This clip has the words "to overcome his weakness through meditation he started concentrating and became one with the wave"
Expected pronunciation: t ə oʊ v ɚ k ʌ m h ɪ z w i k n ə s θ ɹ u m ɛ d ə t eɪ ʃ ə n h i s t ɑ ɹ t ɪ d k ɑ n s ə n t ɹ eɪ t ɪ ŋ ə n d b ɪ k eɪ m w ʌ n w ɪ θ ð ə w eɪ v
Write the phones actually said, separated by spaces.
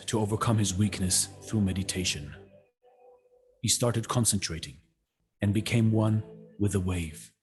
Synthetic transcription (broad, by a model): t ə oʊ v ɚ k ʌ m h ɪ z w i k n ə s θ ɹ u m ɛ d ə t eɪ ʃ ə n h i s t ɑ ɹ t ɪ d k ɑ n s ə n t ɹ eɪ t ɪ ŋ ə n b ɪ k eɪ m w ʌ n w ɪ ð ə w eɪ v